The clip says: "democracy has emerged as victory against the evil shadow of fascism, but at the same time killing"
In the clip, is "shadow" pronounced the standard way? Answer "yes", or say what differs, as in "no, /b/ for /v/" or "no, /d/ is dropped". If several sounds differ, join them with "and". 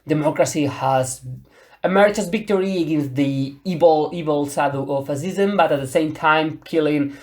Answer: no, /s/ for /ʃ/